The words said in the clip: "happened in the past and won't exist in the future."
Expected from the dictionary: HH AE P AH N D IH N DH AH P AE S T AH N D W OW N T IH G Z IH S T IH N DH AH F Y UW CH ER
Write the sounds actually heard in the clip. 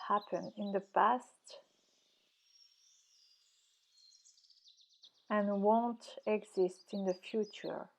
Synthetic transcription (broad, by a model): HH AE P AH N IH N DH AH P AE S T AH N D W OW N T IH G Z IH S T IH N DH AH F Y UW CH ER